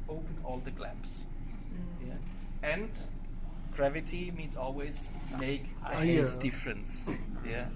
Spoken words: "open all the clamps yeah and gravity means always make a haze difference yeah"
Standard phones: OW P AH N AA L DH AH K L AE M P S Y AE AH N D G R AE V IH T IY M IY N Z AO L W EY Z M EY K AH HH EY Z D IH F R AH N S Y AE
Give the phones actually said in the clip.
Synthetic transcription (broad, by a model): OW P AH N AA L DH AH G L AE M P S Y AE AH N D G R AE V IH T IY M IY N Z AO L W EY Z M EY AH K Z D IH F R AH N S Y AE